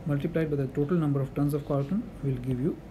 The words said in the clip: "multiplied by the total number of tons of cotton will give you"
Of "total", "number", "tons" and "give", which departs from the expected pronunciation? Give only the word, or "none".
tons